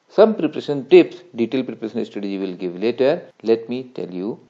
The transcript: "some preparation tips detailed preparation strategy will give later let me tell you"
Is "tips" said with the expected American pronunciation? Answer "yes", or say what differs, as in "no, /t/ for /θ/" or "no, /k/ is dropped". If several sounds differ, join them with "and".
yes